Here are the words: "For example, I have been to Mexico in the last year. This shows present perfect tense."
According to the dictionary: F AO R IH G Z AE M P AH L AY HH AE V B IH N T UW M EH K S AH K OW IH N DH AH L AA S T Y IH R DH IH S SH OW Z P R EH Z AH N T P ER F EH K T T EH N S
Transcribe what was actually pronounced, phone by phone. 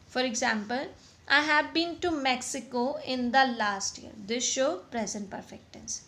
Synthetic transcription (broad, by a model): F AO R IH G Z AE M P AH L AY HH AE V B IH N T UW M EH K S AH K OW IH N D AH L AA S T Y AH R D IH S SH OW P R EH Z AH N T P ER F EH K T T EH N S